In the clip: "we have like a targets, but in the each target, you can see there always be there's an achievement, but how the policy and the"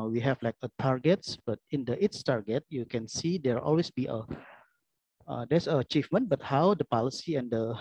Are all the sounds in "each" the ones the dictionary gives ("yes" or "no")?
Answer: no